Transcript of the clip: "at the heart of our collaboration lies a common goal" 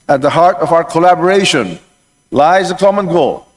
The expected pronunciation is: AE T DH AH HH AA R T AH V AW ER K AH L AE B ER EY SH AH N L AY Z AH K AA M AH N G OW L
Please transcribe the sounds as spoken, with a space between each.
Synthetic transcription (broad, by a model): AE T DH AH HH AA R T AH V AW ER K AH L AE B ER EY SH AH N L AY Z AH K AA M AH N G OW L